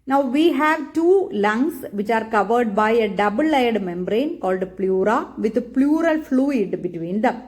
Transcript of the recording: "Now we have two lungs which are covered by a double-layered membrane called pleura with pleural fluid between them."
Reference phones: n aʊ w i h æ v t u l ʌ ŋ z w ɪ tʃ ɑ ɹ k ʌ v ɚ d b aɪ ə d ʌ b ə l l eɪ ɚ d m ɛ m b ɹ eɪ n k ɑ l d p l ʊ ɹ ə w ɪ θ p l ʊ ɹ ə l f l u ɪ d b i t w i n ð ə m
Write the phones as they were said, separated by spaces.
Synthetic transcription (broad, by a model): n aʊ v i h æ v t u l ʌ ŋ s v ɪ tʃ ɑ ɹ k ʌ v ɚ d b aɪ ə d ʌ b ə l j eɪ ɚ d m ɛ m b ɹ eɪ n k ɑ l d p l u ɹ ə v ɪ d p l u ɹ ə l f l u ɪ d b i t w i n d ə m